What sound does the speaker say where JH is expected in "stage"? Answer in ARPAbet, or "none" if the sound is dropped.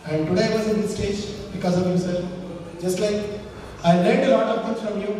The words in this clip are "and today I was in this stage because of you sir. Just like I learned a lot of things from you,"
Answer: JH